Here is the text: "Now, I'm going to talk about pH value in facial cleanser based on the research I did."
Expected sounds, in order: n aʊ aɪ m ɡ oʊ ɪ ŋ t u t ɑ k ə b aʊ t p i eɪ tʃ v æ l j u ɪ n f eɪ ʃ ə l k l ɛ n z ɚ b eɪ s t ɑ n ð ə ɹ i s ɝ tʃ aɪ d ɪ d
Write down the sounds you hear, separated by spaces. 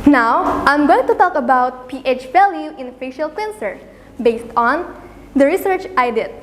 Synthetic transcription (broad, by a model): n aʊ aɪ m ɡ oʊ ɪ ŋ t u t ɑ k ə b aʊ t p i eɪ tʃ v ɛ l j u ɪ n f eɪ ʃ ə l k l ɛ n s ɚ b eɪ s t ɑ n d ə ɹ i s ɝ tʃ aɪ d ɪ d